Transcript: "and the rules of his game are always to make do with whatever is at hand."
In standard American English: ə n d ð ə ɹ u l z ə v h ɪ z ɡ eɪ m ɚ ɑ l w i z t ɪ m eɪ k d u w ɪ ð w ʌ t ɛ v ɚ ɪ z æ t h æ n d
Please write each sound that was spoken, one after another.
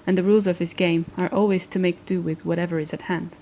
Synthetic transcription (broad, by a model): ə n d ð ə ɹ u l z ə v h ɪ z ɡ eɪ m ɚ ɑ l w i z t ɪ m eɪ k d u w ɪ ð w ʌ t ɛ v ɚ ɪ z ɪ t h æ n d